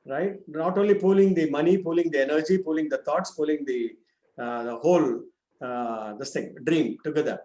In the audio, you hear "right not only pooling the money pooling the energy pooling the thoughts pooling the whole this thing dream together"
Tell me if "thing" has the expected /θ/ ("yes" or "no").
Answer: no